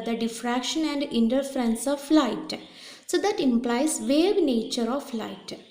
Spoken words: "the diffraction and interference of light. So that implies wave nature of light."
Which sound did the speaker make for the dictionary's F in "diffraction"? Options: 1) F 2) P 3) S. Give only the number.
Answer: 1